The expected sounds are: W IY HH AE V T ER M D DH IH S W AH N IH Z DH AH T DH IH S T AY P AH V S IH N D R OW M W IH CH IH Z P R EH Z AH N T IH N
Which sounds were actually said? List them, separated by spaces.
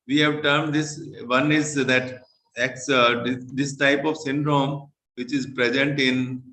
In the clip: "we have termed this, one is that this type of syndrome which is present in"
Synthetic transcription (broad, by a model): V IY HH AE V T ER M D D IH S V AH N IH Z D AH T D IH S T AY P AH V S IH N D R OW M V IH CH IH Z P R EH Z AH N T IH N